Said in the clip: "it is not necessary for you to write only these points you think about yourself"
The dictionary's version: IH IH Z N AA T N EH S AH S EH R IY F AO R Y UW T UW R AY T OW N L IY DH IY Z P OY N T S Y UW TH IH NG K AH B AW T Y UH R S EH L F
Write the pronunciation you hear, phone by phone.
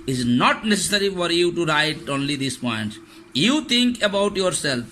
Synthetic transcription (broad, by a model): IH IH Z N AA T N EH S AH S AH R IY F AO R Y UW T UW R AY T OW N L IY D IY S P OY N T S Y UW T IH NG K AH B AW T Y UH R S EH L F